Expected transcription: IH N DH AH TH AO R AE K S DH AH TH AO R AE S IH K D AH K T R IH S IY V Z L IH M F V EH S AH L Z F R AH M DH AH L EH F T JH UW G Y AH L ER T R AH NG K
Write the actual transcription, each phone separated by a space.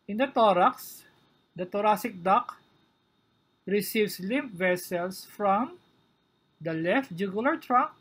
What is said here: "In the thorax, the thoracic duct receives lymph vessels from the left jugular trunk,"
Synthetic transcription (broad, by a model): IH N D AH T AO R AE K S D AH T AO R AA S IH K D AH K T R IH S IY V S L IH M P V EH S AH L S F R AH M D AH L EH F T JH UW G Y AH L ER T R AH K